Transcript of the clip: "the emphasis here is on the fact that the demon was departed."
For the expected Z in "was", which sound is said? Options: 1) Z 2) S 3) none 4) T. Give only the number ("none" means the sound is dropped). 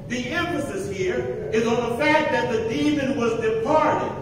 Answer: 1